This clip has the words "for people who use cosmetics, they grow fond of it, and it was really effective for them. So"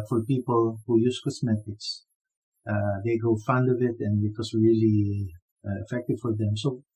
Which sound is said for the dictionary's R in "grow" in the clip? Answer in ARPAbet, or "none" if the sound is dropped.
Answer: none